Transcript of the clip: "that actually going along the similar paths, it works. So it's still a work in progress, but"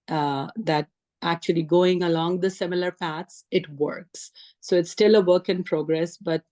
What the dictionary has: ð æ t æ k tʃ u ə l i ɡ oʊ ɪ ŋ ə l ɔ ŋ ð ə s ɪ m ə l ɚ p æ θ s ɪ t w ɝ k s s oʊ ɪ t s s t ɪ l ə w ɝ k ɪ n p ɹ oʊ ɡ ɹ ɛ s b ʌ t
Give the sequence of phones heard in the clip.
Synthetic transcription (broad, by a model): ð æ t æ k tʃ u ə l i ɡ oʊ ɪ ŋ ə l ɔ ŋ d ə s ɪ m ə l ɚ p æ t s ɪ t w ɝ k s s oʊ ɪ t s s t ɪ l ə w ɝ k ɪ n p ɹ oʊ ɡ ɹ ɛ s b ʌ t